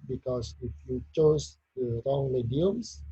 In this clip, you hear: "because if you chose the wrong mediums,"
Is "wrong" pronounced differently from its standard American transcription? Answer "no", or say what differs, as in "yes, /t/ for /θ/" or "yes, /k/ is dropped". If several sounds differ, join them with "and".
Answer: no